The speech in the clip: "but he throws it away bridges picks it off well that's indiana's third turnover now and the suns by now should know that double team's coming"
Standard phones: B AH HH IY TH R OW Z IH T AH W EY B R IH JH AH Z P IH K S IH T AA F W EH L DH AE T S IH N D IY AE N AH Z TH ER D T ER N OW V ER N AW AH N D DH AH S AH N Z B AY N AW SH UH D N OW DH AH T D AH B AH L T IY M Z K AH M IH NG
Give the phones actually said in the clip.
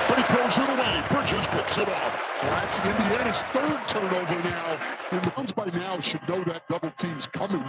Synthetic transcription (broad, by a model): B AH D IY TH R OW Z IH T AH W EY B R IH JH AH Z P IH K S IH T AA F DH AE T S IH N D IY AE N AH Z TH ER D T ER N OW V ER N AW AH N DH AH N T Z B AY N AW SH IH D N OW DH AH T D AH B L T IY M Z K AH M IH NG